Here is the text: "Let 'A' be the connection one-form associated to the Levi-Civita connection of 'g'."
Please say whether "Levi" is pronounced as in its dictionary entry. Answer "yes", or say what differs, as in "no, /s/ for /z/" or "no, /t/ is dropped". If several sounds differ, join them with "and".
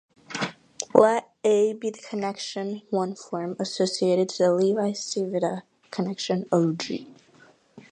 yes